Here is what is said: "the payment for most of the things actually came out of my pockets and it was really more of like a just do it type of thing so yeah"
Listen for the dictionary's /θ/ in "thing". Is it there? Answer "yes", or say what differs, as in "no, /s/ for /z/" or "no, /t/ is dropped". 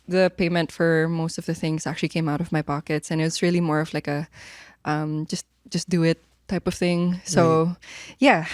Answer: yes